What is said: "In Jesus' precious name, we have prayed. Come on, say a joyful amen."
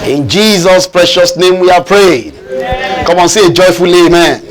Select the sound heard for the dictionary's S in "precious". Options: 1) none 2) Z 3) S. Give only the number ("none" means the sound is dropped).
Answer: 3